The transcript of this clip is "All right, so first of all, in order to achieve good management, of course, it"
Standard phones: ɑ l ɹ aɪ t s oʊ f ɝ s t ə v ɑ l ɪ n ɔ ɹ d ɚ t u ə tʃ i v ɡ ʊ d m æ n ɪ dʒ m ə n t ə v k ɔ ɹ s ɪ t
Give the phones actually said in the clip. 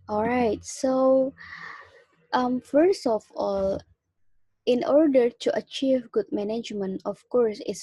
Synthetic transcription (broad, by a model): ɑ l ɹ aɪ t s oʊ f ɝ s t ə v ɑ l ɪ n ɔ ɹ d ɚ t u ə tʃ i v ɡ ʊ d m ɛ n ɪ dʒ m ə n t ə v k ɔ ɹ s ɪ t